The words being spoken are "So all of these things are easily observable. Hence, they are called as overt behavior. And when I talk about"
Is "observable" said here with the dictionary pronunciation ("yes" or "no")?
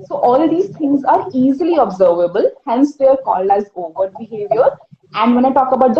yes